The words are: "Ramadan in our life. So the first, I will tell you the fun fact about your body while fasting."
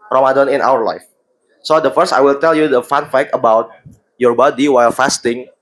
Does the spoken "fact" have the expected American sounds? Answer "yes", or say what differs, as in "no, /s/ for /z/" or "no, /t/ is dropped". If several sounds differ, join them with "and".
no, /t/ is dropped